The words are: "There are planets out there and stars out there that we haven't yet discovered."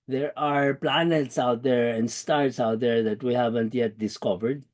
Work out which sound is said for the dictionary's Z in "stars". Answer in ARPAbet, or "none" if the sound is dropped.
S